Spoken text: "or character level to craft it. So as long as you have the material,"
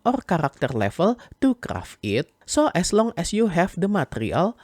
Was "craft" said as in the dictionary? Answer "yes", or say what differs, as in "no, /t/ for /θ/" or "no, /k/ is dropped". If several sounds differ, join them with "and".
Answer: no, /t/ is dropped